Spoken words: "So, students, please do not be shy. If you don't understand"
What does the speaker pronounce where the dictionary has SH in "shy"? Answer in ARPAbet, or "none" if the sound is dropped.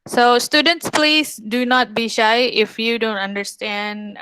SH